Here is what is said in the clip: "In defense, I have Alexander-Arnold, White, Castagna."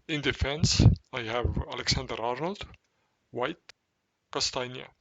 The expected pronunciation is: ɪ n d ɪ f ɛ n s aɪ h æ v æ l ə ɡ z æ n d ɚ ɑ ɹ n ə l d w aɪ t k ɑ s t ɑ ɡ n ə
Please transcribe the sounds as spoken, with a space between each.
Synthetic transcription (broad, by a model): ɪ n d ɪ f ɛ n s aɪ h æ v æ l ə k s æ n d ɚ ɑ ɹ n ə l d w aɪ t k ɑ s t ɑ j n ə